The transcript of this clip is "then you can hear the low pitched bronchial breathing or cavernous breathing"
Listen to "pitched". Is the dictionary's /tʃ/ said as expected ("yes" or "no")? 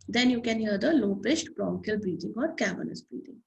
no